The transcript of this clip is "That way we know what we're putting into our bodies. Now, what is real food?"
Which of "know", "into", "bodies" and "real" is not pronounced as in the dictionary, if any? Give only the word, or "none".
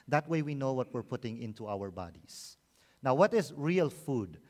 bodies